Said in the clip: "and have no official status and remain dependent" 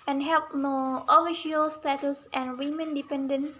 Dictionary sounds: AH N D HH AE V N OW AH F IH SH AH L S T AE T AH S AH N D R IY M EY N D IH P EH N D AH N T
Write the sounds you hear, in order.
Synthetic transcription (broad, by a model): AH N HH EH P N OW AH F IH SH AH L S T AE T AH S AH N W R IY M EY N D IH P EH N D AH N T